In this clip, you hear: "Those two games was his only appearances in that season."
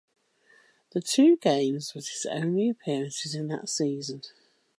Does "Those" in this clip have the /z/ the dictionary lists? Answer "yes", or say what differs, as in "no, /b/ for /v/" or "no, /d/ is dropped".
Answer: no, /z/ is dropped